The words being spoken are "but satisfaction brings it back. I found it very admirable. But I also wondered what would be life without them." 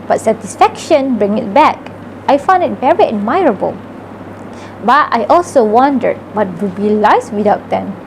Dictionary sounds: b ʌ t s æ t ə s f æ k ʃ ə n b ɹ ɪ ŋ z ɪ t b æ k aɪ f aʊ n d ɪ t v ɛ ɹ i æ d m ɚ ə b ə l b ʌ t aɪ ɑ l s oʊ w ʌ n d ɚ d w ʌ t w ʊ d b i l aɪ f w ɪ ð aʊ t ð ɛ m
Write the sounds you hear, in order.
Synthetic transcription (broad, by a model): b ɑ t s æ t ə s f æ k ʃ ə n b ɹ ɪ ŋ ɪ t b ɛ k aɪ f aʊ n d ɪ t v ɛ ɹ i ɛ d m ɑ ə b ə l b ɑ t aɪ ɑ l s oʊ w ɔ n d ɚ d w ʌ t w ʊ b i l aɪ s w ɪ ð aʊ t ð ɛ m